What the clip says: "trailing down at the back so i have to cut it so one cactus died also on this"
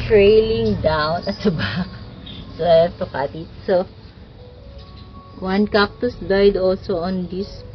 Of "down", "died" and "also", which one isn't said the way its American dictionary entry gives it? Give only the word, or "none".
none